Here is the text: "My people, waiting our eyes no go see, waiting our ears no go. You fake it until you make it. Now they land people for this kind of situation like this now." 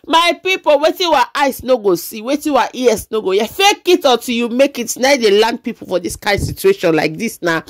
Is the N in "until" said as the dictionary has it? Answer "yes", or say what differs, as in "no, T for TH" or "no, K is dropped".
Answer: no, N is dropped